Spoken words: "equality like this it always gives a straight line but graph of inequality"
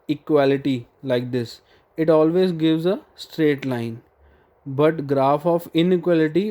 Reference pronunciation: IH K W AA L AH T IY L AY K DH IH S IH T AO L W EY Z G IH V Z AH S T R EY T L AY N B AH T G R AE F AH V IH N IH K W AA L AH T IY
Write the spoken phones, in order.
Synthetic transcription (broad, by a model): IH K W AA L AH T IY L AY K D IH S IH T AO L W EY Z G IH V Z AH S T R EY T L AY N B AH T G R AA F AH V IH N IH K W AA L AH T IY